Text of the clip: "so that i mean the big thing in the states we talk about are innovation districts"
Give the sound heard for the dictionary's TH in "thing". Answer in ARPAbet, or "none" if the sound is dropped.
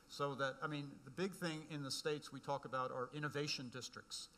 TH